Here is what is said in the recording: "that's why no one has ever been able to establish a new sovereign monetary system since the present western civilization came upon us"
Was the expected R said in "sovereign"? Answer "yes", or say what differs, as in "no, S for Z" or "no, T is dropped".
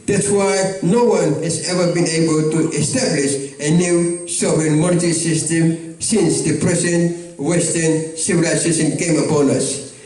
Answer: no, R is dropped